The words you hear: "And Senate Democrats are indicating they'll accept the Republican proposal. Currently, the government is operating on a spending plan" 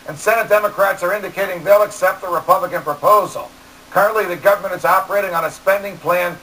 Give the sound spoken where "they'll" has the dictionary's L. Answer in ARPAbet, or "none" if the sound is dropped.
L